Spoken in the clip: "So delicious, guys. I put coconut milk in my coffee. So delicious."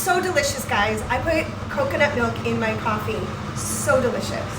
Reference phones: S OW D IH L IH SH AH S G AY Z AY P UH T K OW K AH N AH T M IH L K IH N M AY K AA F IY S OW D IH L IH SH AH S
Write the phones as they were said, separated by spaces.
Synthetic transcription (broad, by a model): S OW D IH L IH SH AH S G AY Z AY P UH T K OW K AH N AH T M IH L K IH N M AY K AA F IY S OW D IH L IH SH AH S